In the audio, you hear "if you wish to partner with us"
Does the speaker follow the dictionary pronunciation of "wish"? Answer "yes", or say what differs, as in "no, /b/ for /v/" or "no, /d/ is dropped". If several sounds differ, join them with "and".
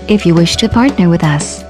yes